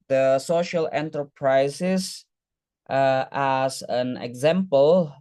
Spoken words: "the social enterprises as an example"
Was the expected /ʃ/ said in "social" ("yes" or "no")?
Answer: yes